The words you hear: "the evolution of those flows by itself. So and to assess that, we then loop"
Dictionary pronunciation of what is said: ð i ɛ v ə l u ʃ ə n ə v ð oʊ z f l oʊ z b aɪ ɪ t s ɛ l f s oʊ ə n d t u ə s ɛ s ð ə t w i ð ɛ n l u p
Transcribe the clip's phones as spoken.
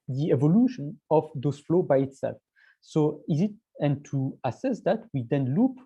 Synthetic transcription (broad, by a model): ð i ɛ v ə l u ʃ ə n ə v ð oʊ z f l oʊ b aɪ ɪ t s ɛ l f s oʊ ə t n t u ə s ɛ s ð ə t w i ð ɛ n l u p